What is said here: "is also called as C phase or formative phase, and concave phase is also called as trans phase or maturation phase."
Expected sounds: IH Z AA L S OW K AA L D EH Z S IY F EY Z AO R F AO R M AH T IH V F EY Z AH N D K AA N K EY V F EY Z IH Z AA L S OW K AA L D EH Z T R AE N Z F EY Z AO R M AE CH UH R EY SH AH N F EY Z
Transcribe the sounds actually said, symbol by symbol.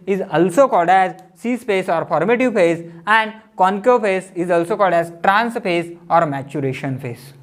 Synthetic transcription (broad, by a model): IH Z AA L S OW K AA L D EH Z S IY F EY S AO R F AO R M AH T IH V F EY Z AH N D K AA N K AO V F EY S IH Z AA L S OW K AA L D EH Z T R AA N S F EY S AO R M AE CH UH R EY SH AH N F EY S